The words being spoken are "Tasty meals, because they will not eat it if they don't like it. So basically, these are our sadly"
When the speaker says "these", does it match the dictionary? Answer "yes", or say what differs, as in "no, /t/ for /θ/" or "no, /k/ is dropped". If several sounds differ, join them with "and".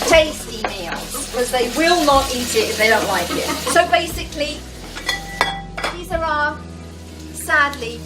yes